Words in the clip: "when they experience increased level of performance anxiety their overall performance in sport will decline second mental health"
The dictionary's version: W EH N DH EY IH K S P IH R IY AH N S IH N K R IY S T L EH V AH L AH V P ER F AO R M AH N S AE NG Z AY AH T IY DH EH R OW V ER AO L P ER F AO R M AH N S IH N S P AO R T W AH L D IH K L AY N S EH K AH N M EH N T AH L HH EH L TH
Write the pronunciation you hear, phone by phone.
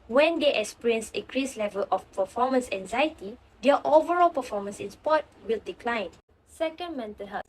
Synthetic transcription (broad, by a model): W EH N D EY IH K S P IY R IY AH N S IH K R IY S L EH V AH L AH F P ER F AO M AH N S AE NG Z AY AH T IY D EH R OW V ER AO L P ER F AO M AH N S IH N S P AO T W AH L D IH K L AY N S EH K AH N M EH N T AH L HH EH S